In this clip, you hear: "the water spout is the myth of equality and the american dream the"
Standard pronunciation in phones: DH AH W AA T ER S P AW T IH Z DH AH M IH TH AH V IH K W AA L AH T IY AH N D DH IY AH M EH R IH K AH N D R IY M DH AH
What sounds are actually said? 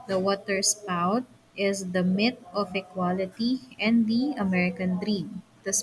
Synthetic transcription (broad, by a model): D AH W AA T ER S P AW T IH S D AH M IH T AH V IH K W AA L AH T IY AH N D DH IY AH M EH R IH K AH N D R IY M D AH